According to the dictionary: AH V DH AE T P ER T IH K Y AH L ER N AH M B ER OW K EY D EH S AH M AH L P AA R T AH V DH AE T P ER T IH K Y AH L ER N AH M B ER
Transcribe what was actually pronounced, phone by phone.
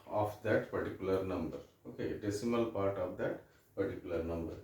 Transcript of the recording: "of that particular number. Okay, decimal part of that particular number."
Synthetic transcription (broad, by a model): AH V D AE T P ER T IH K Y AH L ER N AH M B ER OW K EY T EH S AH M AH L P AA R T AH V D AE T P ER T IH K Y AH L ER N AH M B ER